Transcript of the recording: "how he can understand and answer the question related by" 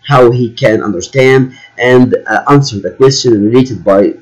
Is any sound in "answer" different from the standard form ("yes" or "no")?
no